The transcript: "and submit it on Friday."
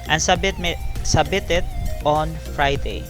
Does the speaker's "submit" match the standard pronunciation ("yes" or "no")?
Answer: no